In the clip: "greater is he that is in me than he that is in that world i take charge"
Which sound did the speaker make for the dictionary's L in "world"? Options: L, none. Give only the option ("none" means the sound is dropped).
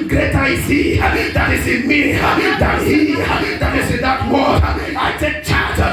none